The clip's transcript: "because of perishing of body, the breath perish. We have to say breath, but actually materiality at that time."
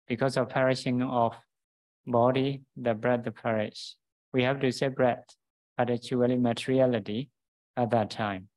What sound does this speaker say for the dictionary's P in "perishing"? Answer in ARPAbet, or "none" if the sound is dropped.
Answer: P